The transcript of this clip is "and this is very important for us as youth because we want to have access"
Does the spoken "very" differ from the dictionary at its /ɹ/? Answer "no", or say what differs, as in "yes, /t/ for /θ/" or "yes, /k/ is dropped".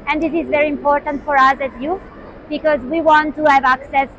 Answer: no